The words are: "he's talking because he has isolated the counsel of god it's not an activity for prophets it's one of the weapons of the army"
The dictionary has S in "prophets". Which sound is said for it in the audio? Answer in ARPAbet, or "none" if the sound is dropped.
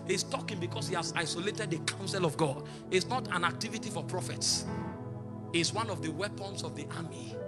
S